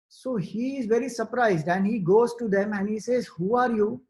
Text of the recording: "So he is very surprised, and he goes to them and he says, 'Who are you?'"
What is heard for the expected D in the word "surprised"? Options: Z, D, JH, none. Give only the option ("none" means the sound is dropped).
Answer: D